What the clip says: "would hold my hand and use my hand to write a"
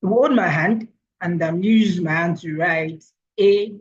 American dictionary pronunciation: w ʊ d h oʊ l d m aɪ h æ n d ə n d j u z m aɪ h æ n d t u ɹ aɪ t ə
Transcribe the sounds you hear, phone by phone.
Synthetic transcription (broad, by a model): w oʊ d m aɪ h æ n d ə n d j u z m aɪ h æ n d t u ɹ aɪ t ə